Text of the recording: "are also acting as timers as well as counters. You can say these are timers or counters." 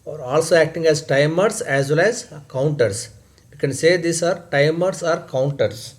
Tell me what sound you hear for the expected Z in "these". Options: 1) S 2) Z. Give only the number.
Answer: 1